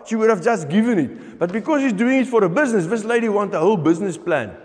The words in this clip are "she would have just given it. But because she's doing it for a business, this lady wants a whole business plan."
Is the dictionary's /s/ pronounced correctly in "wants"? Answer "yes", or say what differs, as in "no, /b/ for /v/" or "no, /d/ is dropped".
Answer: no, /s/ is dropped